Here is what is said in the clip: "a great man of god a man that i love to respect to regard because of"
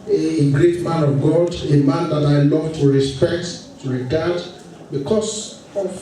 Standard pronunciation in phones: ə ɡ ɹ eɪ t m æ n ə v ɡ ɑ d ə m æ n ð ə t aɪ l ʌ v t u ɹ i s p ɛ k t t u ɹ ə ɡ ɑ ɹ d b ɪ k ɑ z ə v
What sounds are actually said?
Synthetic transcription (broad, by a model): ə ɡ ɹ eɪ t m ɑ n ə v ɡ ɑ d ə m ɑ n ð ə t aɪ l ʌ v t u ɹ i s p ɛ k t t u ɹ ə ɡ ɑ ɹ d b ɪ k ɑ s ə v